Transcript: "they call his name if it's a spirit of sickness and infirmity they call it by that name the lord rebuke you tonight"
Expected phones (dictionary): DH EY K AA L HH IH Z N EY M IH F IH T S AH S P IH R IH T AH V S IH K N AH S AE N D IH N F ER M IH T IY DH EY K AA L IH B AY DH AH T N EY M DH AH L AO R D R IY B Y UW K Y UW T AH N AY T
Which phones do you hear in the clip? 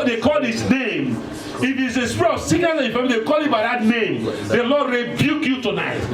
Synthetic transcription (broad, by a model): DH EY K AA L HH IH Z N EY M IH F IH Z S AH S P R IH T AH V S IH N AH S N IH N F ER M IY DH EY K AA L IH B AY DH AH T N EY M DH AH L AO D R IY B Y UW K Y UW T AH N AY T